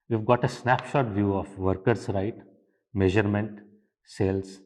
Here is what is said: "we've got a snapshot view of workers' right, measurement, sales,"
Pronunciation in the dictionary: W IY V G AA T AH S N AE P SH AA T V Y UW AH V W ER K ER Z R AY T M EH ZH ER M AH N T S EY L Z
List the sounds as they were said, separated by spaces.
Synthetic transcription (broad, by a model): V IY V G AA T AH S N AE P SH AA T V Y UW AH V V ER K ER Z R AY T M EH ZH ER M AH N T S EY L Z